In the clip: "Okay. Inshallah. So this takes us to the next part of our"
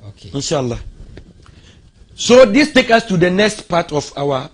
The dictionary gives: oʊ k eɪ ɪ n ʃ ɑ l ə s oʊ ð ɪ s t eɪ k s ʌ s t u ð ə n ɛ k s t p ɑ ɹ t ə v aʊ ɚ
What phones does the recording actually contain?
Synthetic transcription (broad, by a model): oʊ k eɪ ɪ n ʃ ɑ l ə s oʊ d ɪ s t eɪ k ʌ s t u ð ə n ɛ k s t p ɑ t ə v aʊ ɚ